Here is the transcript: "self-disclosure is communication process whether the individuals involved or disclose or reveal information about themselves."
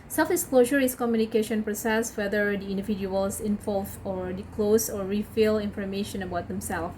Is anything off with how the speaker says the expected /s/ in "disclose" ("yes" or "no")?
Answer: yes